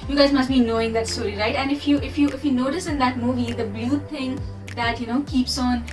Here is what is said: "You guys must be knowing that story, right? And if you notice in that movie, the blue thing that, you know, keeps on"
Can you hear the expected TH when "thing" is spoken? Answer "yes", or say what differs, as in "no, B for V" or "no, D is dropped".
no, T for TH